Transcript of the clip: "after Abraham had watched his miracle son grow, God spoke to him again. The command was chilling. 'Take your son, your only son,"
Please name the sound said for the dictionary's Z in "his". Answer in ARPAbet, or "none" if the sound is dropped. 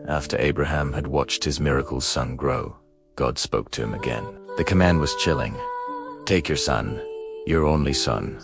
Z